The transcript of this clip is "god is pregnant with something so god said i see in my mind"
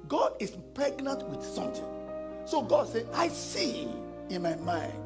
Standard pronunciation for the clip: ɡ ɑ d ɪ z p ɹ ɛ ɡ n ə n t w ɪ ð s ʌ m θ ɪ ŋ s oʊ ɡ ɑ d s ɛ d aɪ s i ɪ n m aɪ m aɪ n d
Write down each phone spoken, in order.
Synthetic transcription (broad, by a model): ɡ ɑ d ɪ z p ɹ ɛ ɡ n ə n t w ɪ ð s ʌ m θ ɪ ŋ s oʊ ɡ ɑ d s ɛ aɪ s i ɪ n m aɪ m aɪ n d